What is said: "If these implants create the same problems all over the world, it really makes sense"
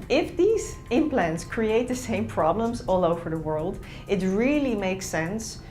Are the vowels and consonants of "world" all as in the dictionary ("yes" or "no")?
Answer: yes